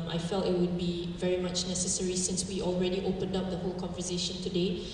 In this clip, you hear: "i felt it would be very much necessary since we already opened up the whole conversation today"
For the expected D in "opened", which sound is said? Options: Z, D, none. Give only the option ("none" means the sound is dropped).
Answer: D